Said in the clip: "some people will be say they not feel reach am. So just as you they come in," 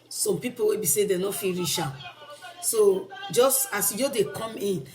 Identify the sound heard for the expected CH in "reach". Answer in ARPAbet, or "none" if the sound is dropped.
SH